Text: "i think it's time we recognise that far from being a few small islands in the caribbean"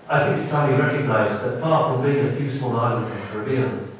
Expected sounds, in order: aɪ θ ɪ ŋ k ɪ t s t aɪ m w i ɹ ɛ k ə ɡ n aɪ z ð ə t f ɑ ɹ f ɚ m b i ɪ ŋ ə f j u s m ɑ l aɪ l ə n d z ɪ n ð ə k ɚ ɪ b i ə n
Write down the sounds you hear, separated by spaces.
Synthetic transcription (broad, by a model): aɪ θ ɪ ŋ k ɪ t s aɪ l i ɹ ɛ k ə ɡ n aɪ z ð ə t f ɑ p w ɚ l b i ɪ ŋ ə f j u s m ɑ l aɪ ə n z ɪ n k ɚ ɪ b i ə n